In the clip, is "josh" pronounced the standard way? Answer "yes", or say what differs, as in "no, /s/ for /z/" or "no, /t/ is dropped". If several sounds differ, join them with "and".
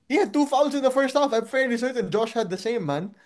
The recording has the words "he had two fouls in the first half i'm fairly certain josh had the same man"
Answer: yes